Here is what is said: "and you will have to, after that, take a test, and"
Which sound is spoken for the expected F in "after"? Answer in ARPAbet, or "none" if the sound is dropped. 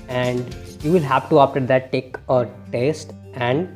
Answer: P